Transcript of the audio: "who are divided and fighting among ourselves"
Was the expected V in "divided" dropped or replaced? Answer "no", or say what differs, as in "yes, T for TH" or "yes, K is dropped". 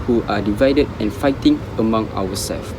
no